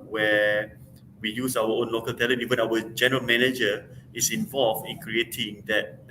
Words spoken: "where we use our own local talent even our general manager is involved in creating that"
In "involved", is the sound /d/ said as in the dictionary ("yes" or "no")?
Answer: no